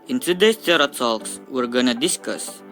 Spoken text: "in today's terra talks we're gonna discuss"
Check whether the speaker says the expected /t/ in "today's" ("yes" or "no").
no